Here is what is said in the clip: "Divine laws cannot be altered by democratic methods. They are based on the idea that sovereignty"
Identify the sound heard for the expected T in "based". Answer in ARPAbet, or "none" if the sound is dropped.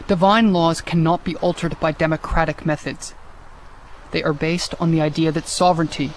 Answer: T